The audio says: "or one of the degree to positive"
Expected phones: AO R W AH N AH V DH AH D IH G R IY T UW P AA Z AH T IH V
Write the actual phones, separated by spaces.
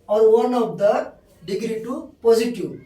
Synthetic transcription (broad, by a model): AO R W AH N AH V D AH D IH G R IY T UW P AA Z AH T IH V